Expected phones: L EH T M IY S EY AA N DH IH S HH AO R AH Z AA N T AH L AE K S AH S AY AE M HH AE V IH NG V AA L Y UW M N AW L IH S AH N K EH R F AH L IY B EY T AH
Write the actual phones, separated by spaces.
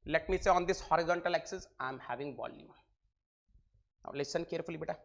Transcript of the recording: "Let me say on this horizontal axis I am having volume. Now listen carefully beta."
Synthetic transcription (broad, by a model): L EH T M IY S EY AA N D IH S HH AO R AH Z AA N T AH L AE K S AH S AY M HH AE V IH NG B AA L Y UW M N AW L IH S AH N K EH R F AH L IY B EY T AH